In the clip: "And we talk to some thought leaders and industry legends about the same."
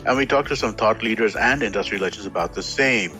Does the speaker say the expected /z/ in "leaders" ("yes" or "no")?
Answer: yes